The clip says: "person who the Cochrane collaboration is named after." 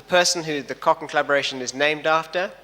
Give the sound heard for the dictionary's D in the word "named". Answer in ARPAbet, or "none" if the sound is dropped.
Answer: D